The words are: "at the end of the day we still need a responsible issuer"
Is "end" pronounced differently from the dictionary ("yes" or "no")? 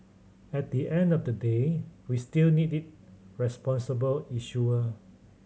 no